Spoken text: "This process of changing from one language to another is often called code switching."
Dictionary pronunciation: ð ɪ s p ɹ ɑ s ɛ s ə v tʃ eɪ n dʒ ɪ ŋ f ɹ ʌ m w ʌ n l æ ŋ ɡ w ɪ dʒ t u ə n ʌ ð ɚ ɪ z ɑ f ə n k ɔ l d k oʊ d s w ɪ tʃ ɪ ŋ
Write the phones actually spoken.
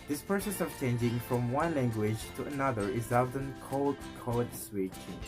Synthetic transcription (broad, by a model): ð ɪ s p ɹ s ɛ s ə v tʃ eɪ n dʒ ɪ ŋ f ɹ ʌ m w ʌ n l æ ŋ ɡ w ɪ dʒ t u ə n ʌ ð ɚ ɪ z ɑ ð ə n k ɔ l d k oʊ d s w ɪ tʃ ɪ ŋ